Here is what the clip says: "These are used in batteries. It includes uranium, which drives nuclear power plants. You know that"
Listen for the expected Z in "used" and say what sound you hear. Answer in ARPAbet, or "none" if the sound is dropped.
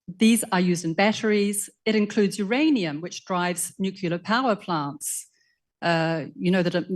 Z